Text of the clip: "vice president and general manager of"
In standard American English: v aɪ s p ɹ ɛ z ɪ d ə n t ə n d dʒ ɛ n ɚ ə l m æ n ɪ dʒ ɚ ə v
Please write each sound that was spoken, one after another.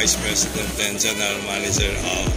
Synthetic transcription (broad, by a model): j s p ɹ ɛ s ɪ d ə n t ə n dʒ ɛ n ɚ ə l m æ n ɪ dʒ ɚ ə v